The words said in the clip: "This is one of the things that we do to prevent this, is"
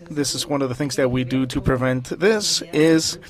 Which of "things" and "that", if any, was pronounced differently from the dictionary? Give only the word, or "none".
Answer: none